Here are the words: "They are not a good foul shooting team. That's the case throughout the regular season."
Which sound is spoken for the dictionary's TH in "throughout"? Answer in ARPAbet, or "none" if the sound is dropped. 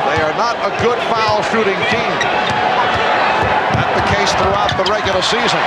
TH